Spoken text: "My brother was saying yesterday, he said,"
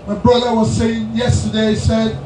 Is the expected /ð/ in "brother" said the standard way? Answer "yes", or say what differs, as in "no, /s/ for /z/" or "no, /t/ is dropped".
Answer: yes